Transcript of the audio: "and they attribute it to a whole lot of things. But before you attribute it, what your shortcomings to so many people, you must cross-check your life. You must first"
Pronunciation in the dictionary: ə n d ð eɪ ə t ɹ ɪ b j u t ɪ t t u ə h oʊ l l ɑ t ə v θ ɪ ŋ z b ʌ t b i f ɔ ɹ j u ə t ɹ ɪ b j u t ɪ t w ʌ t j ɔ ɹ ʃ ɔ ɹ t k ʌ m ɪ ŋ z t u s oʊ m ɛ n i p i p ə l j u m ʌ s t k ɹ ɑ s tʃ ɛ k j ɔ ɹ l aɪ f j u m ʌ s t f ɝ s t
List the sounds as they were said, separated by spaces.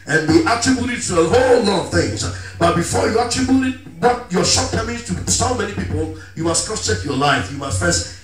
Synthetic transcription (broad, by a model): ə n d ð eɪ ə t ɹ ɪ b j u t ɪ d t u ə h oʊ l l ɑ t ə v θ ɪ ŋ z b ʌ t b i f ɔ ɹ j u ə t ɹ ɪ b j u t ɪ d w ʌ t j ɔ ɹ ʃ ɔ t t ʌ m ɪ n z t u s oʊ m ɛ n i p i p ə l j u m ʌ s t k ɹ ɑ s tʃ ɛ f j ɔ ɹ l aɪ f j u m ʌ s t f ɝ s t